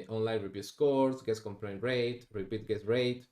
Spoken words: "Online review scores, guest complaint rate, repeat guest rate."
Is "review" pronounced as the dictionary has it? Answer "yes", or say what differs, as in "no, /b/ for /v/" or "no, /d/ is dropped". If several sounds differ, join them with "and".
no, /b/ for /v/